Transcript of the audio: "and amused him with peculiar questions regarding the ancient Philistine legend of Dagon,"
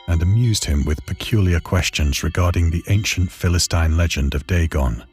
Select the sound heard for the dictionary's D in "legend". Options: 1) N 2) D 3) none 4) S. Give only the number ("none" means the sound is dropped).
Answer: 2